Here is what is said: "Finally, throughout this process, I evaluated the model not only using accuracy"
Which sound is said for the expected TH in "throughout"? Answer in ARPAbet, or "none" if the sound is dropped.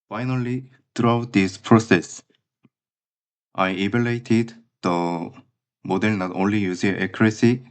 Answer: T